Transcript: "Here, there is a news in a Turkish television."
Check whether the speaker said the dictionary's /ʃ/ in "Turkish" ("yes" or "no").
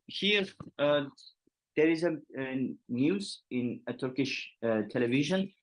yes